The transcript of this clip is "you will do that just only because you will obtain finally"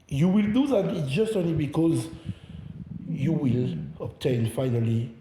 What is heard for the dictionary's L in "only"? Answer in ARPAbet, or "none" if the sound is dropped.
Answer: L